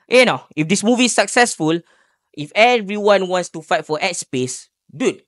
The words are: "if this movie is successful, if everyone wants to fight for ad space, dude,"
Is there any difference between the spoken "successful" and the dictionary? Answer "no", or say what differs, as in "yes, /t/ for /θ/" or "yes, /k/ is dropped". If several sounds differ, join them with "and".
no